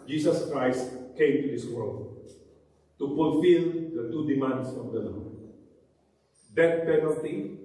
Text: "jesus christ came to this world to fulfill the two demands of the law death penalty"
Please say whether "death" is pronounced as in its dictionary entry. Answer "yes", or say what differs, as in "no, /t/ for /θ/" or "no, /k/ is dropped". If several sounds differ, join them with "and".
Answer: no, /t/ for /θ/